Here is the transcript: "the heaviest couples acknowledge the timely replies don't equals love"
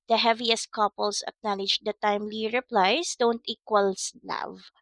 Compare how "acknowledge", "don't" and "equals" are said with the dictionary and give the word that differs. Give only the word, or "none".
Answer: equals